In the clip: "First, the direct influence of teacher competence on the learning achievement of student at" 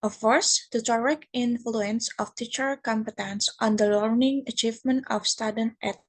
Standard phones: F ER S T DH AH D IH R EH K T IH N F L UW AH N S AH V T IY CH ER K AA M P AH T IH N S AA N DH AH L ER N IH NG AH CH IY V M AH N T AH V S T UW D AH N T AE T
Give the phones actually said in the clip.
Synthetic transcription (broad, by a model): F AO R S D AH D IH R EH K IH N F L UW AH N S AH F T IY CH ER K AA M P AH T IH N S AA N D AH L ER N IH NG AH CH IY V M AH N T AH F S T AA D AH N T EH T